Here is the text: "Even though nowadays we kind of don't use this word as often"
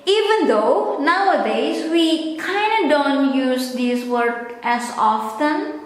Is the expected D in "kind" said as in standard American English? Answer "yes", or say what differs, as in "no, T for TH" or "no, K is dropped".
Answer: yes